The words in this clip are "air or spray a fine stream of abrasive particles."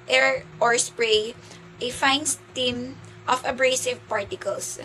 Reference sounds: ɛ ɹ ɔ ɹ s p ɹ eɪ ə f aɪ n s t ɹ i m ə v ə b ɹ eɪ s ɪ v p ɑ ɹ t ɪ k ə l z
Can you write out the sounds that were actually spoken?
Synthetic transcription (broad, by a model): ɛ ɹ ɔ ɹ s p ɹ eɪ ə f aɪ n s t i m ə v ə b ɹ eɪ s ɪ v p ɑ ɹ t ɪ k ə l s